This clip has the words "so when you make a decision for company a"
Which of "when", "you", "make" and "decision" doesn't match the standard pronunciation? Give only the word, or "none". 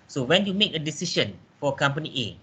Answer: decision